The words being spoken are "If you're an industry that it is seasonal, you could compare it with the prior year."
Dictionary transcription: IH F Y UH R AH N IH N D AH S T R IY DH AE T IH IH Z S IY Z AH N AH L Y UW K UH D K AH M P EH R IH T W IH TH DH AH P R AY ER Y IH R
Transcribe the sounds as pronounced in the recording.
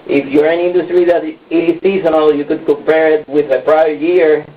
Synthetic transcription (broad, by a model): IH F Y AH R AH N IH N D AH S T R IY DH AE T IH S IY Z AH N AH L Y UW K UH D K AH M P EH R IH T W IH DH AH P R AY ER Y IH R